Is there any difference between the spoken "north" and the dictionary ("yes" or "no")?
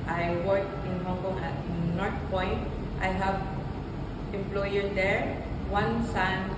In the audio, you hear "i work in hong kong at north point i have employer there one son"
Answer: yes